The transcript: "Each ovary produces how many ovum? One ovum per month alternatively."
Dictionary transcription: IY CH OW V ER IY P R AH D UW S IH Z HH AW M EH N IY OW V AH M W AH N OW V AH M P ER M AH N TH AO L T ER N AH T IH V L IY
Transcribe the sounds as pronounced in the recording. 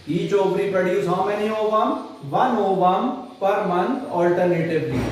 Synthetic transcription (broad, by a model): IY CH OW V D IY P AH D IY IH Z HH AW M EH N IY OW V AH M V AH N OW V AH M P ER M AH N T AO L T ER N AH T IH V L IY